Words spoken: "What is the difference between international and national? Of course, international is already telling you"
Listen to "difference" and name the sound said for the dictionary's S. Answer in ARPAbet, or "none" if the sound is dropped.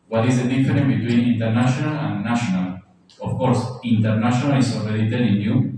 none